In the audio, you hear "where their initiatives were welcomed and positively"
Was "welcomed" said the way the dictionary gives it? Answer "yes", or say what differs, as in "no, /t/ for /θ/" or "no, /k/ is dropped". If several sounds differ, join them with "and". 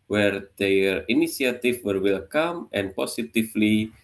no, /d/ is dropped